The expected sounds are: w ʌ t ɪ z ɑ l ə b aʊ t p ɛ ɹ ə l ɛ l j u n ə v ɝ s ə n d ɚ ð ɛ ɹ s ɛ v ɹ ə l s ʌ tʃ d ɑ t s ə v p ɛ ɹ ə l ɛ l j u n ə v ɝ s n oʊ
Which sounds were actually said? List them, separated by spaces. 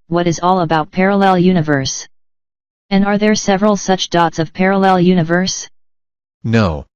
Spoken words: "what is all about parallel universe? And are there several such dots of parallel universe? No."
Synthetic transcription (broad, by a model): w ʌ t ɪ z ɑ l ə b aʊ t p ɛ ɹ ə l ɛ l j u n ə v ɝ s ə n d ɚ ð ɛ ɹ s ɛ v ɹ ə l s ʌ tʃ d ɑ t s ə v p ɛ ɹ ə l ɛ l j u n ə v ɝ s n oʊ